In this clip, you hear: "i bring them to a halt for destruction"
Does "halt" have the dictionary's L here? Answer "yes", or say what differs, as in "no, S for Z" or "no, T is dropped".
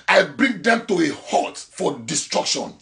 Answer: no, L is dropped